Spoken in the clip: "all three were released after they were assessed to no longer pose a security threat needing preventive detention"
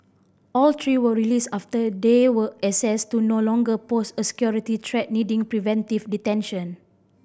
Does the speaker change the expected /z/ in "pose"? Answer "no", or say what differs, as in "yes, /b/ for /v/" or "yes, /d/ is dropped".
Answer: yes, /s/ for /z/